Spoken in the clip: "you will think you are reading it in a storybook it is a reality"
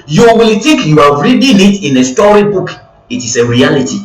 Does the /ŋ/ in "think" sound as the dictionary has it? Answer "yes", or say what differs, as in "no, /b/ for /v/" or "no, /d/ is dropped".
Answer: no, /ŋ/ is dropped